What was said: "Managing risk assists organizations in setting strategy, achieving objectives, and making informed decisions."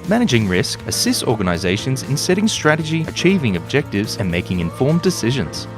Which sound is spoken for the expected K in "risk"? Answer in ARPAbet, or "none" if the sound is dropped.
K